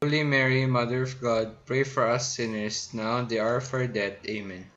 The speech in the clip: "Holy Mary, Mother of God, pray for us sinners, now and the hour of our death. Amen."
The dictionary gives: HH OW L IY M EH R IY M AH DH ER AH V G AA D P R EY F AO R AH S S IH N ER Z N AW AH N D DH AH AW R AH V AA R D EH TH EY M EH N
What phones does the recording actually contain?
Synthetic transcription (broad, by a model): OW L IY M EH R IY M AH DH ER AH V G AA D P R EY F AO R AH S S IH N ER S N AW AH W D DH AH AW R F AA R D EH T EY M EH N